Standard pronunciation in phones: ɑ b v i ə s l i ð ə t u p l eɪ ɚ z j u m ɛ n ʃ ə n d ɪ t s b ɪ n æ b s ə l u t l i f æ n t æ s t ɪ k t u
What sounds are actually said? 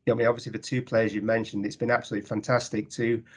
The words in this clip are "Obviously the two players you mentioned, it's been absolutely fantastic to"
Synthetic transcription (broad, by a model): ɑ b v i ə s l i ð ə t u p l eɪ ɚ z j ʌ m ɛ n ʃ ə n d ɪ t s b ɪ n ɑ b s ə l u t l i f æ n t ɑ s t ɪ k t u